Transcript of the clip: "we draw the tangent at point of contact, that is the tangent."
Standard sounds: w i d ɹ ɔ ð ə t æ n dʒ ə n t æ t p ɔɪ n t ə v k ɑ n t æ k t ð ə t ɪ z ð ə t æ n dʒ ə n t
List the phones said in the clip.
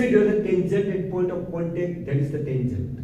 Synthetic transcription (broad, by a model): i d ɔ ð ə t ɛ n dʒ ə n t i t p ɔɪ n t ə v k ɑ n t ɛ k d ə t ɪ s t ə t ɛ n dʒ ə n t